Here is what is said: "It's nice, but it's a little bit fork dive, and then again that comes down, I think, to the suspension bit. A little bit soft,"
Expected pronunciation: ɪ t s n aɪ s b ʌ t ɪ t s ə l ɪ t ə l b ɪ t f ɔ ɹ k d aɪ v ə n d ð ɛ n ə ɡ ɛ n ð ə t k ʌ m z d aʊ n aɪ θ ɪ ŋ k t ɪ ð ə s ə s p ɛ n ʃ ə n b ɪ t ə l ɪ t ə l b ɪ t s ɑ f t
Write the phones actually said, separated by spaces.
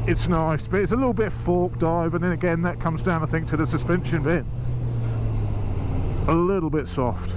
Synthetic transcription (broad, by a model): ɪ t s n aɪ s b ʌ t ɪ t s ə l ɪ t l b ɪ t f ɔ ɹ k d aɪ v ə n ð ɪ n ə ɡ ɛ n ð ə t k ʌ m z d aʊ n aɪ θ ɪ ŋ k t ɪ ð ə s ə s p ɛ n ʃ ə n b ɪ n ə l ɪ t l b ɪ t s ɑ f t